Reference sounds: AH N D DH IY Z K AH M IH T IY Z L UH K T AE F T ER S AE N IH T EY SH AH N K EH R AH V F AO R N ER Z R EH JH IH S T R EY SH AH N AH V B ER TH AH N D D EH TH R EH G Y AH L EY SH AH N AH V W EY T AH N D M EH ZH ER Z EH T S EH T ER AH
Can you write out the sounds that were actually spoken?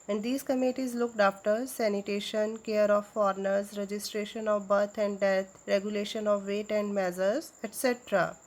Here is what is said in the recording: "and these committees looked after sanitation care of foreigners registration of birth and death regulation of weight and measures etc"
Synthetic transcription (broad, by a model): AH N D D IY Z K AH M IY T IY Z L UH K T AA F T ER S AE N IH T EY SH AH N K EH R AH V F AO R N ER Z R EH JH IH S T R EY SH AH N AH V B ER T AH N D D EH T R EH G Y AH L EY SH AH N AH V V EY T AH N D M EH Z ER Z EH T S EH T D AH